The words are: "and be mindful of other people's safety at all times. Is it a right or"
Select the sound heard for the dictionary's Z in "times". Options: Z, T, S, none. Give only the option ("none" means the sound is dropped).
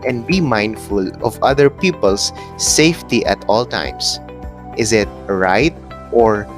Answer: S